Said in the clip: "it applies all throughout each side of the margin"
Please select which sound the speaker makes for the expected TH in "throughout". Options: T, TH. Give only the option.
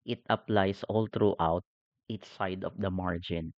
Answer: T